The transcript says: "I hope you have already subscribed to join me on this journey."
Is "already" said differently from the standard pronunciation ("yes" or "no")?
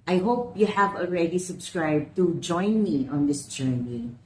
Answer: no